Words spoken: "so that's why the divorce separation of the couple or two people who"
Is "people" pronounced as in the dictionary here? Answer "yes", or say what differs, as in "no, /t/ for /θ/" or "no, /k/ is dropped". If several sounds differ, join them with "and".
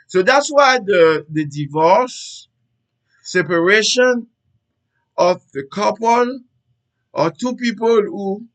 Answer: yes